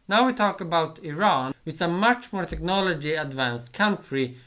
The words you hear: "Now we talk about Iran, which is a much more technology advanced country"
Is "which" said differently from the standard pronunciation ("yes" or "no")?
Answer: yes